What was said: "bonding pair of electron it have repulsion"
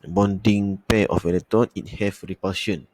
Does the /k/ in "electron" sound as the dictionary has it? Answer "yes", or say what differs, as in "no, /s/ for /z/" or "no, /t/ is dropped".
no, /k/ is dropped